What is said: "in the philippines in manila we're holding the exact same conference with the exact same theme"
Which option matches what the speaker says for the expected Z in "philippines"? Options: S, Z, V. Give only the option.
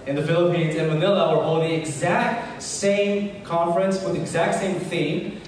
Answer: Z